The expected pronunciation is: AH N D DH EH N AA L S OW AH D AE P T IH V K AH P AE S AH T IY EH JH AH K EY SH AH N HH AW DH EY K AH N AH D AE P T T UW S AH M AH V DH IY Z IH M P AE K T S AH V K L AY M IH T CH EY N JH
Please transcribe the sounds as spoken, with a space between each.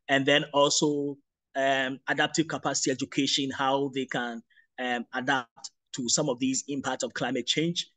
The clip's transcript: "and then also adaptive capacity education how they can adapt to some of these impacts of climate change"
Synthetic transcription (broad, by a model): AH N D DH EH N AA L S OW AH D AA P T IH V K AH P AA S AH T IY EH JH AH K EY SH AH N HH AW DH EY K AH N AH D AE P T T UW S AH M AH V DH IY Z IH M P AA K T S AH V K L AY M IH T CH EY N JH